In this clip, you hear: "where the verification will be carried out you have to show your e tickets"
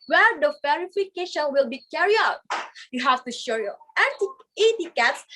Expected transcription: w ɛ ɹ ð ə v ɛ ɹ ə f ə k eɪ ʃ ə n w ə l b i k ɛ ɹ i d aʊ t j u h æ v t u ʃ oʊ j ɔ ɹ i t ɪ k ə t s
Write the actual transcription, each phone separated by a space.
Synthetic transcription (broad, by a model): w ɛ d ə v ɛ ɹ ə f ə k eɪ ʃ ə n w ə l b i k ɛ ɹ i aʊ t j u h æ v t u ʃ oʊ j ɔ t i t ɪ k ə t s